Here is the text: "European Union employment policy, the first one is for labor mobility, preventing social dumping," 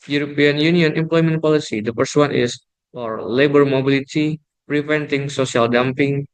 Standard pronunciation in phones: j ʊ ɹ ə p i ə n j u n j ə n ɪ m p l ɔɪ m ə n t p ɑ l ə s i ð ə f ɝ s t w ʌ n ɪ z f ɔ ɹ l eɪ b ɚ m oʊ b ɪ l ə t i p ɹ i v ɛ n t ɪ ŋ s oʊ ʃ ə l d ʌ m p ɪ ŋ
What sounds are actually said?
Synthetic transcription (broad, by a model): j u ɹ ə p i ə n j u n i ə n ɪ m p l ɔɪ m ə n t p ɑ l ə s i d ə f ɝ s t w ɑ n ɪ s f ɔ ɹ l eɪ b ɚ m oʊ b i l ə t i p ɹ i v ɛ n t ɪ ŋ s oʊ s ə l d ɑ m p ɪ ŋ